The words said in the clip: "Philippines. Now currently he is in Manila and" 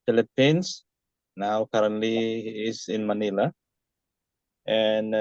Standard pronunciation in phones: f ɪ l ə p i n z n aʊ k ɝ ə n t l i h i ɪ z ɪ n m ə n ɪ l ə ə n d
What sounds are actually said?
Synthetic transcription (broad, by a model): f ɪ l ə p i n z n aʊ k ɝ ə t i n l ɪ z ɪ n m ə n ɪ l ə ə n